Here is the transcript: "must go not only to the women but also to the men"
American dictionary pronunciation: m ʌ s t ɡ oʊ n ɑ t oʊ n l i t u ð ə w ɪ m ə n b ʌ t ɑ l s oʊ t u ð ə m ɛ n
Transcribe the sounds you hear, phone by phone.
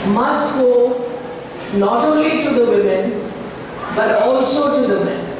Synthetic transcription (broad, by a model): m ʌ s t ɡ oʊ n ɑ t oʊ n l i t u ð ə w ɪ m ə n b ʌ t ɑ l s oʊ t u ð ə m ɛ n